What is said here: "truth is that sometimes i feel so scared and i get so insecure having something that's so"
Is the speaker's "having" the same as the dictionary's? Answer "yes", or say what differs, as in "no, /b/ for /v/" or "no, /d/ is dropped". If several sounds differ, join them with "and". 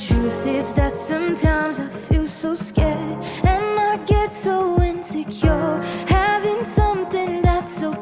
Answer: yes